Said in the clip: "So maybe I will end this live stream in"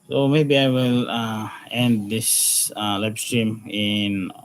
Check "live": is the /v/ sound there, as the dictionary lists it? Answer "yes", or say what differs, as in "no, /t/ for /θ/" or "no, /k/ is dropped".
no, /b/ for /v/